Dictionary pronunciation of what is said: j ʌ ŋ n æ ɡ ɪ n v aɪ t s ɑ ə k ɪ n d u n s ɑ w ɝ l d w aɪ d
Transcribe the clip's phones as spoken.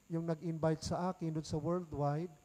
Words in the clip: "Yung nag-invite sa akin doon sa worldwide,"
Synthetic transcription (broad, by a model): j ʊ ŋ n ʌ ɡ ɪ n b aɪ t s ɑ ə k ɪ n d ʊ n s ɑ w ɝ l d w aɪ d